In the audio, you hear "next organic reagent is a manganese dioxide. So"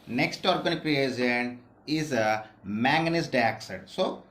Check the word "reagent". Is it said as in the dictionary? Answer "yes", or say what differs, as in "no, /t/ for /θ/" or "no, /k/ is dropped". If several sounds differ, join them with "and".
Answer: no, /t/ is dropped